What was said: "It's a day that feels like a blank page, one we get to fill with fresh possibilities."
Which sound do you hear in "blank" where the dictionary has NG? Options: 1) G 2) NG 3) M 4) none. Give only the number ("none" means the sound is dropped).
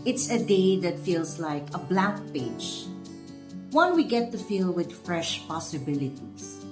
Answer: 4